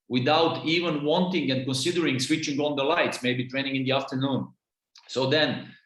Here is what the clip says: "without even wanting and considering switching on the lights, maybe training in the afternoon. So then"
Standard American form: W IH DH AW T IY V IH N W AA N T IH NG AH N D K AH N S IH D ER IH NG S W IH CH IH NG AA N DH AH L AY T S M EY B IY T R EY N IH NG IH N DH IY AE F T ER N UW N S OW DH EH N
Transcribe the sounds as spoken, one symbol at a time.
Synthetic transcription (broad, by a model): W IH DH AW T IY V IH N W AA N T IH NG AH N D K AH N S IH D ER IH NG S W IH CH IH NG AA N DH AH L AY T S M EY B IY T R EY N IH NG IH N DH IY AE F T ER N UW N S OW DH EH N